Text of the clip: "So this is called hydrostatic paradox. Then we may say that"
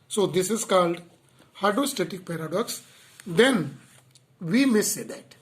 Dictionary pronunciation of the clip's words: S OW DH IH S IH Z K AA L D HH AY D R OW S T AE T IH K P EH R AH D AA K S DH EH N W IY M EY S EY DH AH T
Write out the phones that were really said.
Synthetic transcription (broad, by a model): S OW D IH S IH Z K AA L D HH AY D OW S T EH T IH K P EH R AH D AA K S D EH N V IY M EY S EY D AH T